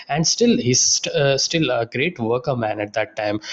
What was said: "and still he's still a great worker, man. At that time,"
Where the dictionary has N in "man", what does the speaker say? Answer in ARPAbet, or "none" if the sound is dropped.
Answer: N